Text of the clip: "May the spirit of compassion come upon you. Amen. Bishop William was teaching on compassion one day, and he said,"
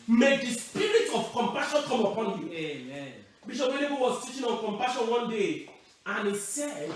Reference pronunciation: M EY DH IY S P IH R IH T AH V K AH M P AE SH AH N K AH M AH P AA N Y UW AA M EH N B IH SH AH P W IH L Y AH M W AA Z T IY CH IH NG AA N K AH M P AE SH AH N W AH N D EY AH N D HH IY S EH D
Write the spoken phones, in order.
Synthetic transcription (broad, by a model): M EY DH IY S P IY R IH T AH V K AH M P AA SH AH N K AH M AH P AA N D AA EH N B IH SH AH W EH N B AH W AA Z T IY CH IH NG AA N K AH M P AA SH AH N W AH N D EY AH N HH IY S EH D